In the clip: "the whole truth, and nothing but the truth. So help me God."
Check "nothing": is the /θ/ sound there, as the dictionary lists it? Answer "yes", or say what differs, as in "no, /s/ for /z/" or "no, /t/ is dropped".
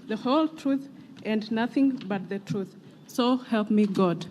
yes